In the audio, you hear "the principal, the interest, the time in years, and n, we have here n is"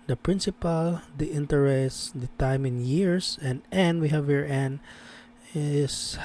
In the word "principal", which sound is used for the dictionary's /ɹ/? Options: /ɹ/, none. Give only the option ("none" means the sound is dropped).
/ɹ/